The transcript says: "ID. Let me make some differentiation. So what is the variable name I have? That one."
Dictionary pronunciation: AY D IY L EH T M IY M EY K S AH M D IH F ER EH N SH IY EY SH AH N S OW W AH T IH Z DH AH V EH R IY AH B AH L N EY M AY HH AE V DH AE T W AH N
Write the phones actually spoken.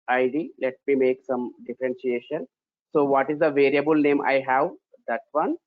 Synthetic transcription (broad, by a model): AY D IY L EH T M IY M EY K S AH M D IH F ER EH N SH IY EY SH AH N S OW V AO T IH Z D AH V EH R IY AH B AH L N EY M AY HH AE V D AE T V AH N